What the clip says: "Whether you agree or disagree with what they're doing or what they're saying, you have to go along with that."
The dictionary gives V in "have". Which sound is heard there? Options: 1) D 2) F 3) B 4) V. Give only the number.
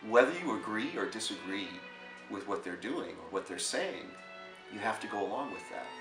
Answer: 2